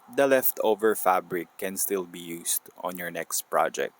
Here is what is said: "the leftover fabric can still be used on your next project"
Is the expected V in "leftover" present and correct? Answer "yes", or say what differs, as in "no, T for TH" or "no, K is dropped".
yes